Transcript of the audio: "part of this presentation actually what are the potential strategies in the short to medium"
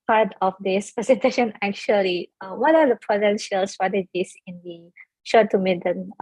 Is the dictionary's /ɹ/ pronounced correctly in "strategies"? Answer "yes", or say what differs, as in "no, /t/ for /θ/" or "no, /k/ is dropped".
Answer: no, /ɹ/ is dropped